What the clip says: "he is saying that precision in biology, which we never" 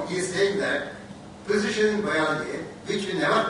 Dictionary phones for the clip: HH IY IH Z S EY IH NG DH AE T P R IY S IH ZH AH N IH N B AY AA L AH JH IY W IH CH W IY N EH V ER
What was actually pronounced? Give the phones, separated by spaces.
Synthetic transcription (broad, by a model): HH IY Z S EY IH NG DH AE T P IY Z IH SH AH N IH N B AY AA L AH IY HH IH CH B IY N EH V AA